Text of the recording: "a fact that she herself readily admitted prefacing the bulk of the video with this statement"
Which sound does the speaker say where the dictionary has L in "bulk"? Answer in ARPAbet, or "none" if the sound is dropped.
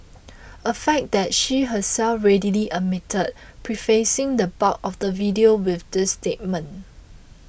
none